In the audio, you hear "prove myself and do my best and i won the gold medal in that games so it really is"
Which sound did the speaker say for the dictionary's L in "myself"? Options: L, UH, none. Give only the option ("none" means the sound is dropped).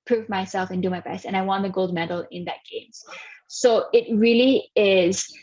L